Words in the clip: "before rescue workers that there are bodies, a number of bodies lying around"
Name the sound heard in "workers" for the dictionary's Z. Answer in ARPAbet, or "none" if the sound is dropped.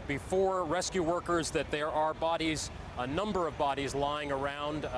Z